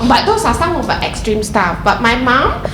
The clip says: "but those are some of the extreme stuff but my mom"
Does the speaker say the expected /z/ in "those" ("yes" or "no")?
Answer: no